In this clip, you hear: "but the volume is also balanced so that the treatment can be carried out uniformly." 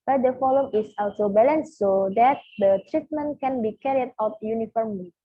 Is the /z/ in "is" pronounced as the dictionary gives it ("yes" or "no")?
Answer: no